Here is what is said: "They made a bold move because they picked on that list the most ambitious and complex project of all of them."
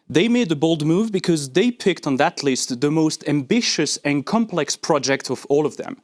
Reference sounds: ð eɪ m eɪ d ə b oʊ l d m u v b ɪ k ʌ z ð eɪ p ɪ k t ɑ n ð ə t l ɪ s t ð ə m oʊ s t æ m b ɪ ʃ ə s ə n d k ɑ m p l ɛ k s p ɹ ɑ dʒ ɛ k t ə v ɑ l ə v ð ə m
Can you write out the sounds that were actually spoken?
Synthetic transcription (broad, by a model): ð eɪ m eɪ d ə b oʊ l d m u v b ɪ k ʌ z ð eɪ p ɪ k t n ð ə t l ɪ s t ð ə m oʊ s t æ m b ɪ ʃ ə s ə n k ɑ m p l ɛ k s p ɹ ɑ dʒ ɛ k t ə v ɑ l ə v ð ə m